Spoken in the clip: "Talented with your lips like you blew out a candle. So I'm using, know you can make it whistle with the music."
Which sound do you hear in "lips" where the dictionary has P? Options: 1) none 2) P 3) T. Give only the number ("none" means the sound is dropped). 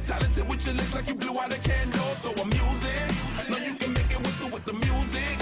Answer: 1